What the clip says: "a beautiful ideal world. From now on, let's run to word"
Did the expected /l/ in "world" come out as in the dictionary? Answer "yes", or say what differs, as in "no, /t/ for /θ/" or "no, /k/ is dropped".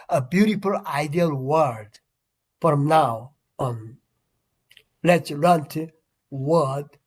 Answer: no, /l/ is dropped